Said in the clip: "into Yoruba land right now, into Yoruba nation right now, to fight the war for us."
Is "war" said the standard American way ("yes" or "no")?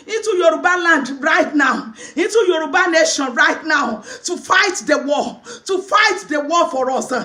no